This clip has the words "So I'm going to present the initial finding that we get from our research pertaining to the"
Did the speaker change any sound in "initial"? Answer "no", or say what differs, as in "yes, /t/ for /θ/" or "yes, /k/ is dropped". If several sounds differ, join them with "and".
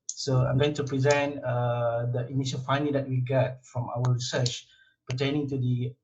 yes, /n/ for /l/